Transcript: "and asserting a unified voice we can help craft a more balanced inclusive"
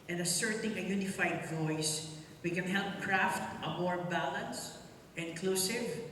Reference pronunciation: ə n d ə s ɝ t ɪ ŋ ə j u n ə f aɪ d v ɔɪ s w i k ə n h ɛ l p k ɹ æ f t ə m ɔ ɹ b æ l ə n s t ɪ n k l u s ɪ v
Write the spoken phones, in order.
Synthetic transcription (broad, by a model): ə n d ə s ɝ t ɪ ŋ ə j u n ə f aɪ d v ɔɪ s w i k ə n h ɛ l p k ɹ æ f t ə m ɔ ɹ b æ l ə n s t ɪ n k l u s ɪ v